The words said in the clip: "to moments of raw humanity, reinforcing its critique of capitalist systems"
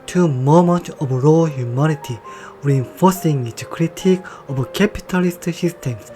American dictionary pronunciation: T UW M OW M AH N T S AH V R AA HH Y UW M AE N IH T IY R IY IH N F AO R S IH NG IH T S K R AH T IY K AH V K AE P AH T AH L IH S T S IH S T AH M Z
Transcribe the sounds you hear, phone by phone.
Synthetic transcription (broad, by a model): T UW M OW M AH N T AH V R AA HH Y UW M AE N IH T IY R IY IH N F AO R S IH NG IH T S K R AH T IY K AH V K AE P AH T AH L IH S T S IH S T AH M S